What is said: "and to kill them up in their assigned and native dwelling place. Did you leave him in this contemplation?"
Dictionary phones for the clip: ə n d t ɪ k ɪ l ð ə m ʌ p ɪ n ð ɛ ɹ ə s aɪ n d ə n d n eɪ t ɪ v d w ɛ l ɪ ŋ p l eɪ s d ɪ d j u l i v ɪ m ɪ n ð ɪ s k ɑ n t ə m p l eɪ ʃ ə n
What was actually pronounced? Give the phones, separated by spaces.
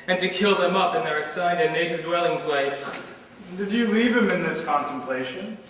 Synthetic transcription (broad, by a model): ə n t ɪ k ɪ l ð ə m ʌ p ɪ n ð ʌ ɹ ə s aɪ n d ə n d n eɪ t ɪ v d w ɛ l ɪ ŋ p l eɪ s d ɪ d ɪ l i v ɪ m ɪ n ð ɪ s k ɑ n t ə m p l eɪ ʃ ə n